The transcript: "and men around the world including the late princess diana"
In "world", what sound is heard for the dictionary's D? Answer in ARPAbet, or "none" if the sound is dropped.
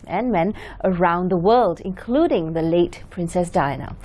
D